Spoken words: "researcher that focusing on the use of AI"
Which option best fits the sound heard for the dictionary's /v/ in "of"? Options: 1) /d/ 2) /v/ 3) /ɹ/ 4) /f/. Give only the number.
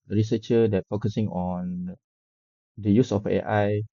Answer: 4